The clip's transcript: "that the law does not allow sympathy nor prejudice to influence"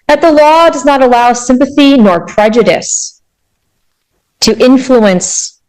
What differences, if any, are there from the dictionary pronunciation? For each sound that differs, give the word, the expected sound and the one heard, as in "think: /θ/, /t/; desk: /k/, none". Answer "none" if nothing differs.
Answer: none